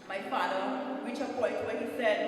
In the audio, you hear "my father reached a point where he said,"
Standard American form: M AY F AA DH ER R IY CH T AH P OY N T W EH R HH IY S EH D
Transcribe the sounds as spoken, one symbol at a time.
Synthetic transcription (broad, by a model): M AY F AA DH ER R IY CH AH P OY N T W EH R HH IY S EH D